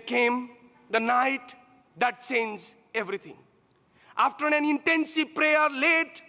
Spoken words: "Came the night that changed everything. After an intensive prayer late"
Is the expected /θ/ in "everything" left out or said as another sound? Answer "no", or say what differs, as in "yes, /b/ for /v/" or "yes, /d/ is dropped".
yes, /t/ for /θ/